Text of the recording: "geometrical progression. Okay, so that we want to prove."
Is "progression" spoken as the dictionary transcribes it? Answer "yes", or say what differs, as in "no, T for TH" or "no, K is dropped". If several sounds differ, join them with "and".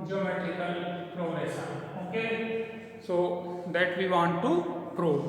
no, S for SH and N is dropped